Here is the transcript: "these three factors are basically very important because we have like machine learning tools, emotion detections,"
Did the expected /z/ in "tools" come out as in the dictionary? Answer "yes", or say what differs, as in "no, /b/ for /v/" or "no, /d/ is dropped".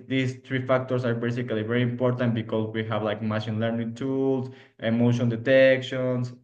no, /s/ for /z/